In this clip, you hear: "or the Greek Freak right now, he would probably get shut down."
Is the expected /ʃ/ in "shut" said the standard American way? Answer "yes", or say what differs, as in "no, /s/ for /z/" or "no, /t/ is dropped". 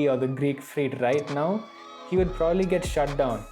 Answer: yes